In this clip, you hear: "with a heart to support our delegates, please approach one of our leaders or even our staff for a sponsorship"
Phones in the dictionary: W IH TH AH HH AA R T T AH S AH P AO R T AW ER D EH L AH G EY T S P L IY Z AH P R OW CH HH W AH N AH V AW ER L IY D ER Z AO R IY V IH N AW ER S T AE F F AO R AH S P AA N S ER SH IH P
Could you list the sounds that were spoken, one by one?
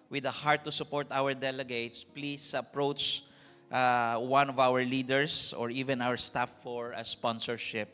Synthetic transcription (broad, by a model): W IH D AH HH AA R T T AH S AH P AO R T AW ER D EH L AH G EY T S P L IY S AH P R OW CH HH W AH N AH V AW ER L IY D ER S AO R IY V IH N AW ER S T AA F F AO R AH S P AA N S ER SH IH P